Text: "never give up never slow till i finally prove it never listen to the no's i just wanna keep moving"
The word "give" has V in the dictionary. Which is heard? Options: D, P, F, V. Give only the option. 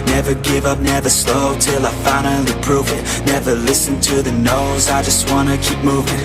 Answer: V